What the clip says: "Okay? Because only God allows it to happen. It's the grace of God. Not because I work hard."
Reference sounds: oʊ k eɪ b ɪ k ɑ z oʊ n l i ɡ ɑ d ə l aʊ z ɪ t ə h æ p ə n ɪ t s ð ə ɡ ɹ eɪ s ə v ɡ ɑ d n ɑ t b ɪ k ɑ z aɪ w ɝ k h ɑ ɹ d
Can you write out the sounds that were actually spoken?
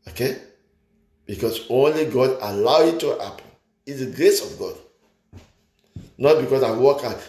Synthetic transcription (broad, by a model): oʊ k eɪ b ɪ k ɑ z oʊ n l i ɡ ɑ d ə l aʊ ɪ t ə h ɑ p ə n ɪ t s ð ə ɡ ɹ eɪ s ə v ɡ ɑ d n ɑ t b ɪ k ɑ s aɪ w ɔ k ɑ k